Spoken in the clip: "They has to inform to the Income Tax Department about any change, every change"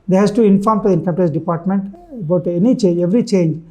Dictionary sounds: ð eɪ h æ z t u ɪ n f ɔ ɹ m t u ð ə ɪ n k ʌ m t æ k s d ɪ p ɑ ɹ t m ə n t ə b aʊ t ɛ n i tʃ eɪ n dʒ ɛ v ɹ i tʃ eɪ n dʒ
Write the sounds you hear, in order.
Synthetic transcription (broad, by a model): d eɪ h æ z t u ɪ n f ɔ ɹ m t u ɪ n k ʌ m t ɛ s d ɪ p ɑ ɹ t m ə n t ə b aʊ t ɛ n i tʃ eɪ n dʒ ɛ v ɹ i tʃ eɪ n dʒ